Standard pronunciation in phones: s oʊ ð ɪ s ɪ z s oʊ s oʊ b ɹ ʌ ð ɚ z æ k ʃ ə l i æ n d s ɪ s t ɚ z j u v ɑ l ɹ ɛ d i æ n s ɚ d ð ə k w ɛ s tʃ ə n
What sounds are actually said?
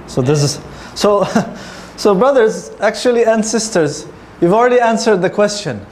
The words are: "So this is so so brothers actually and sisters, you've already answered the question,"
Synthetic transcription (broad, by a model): s oʊ ð ɪ s ɪ z s oʊ s oʊ b ɹ ʌ ð ɚ z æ k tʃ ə l i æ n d s ɪ s t ɚ z j u v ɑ l ɹ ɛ d i æ n s ɚ d ð ə k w ɛ s tʃ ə n